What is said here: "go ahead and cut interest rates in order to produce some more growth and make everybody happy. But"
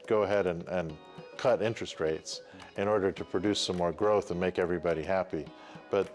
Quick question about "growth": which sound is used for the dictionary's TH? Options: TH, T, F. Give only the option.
TH